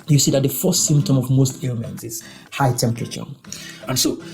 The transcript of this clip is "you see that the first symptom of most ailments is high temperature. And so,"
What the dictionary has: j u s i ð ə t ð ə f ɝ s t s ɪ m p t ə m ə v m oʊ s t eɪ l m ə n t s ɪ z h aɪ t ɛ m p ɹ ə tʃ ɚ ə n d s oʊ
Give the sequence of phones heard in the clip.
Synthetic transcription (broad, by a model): j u s i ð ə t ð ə f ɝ s t s ɪ m p t ə m ə v m oʊ s t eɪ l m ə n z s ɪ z h aɪ t ɛ m p ɹ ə tʃ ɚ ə n s oʊ